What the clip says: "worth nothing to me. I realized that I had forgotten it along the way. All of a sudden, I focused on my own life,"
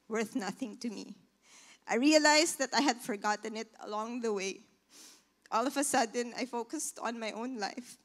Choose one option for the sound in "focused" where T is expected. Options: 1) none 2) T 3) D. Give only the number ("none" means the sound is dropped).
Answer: 2